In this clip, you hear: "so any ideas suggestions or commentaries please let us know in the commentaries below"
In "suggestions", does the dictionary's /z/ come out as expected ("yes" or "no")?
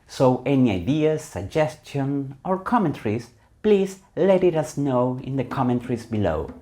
no